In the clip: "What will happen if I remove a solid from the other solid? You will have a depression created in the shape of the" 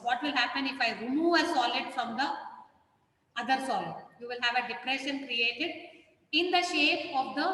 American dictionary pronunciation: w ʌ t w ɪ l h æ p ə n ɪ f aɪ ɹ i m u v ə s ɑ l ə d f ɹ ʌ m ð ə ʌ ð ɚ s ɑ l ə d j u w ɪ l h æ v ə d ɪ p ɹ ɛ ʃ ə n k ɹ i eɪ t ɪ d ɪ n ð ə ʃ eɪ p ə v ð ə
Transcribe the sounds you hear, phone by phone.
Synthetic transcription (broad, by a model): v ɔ t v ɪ l h æ p ə n ɪ f aɪ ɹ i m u ə s ɑ l ə d f ɹ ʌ m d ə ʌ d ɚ s ɑ l ə d j u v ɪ l h æ v ə d ɪ p ɹ ɛ ʃ ə n k ɹ i eɪ t ɪ d ɪ n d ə ʃ eɪ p ə v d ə